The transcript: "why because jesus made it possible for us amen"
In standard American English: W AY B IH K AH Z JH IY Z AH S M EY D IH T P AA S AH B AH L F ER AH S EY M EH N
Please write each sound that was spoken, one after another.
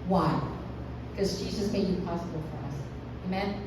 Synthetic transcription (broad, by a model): W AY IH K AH Z JH IY Z AH S M EY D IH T P AA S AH B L F ER AH S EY M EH N